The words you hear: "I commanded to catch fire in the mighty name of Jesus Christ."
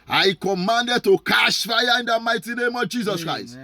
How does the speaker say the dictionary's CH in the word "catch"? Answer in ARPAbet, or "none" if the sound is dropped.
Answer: SH